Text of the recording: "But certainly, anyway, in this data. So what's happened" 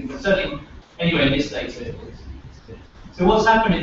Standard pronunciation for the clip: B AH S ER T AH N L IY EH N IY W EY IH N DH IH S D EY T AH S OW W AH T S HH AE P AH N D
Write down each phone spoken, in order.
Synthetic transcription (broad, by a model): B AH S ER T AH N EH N IY W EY IH N DH IH S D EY S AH S OW W AH T S HH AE P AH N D